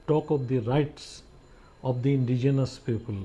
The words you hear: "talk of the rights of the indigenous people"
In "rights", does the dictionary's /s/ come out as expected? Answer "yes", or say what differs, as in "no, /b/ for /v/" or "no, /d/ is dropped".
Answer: yes